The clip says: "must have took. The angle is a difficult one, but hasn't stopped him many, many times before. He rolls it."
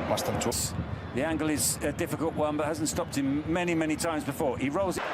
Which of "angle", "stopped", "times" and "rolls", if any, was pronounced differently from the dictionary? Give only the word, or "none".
none